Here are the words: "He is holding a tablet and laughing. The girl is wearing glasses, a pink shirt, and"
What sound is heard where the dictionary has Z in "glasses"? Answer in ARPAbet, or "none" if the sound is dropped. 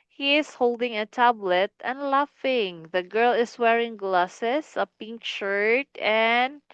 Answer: S